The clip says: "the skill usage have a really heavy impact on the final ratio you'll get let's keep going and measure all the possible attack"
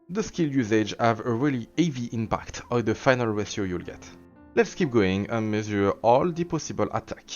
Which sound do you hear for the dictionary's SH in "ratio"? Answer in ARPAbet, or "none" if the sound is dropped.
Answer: S